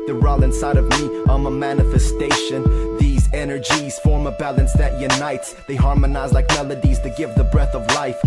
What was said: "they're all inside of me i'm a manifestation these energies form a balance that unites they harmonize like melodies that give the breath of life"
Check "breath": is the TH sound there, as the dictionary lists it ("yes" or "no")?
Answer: yes